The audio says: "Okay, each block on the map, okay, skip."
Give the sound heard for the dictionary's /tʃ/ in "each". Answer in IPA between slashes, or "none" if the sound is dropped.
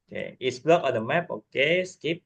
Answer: /s/